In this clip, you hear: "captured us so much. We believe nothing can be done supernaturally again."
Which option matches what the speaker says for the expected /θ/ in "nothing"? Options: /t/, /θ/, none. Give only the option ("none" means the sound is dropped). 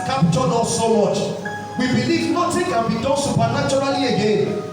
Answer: /t/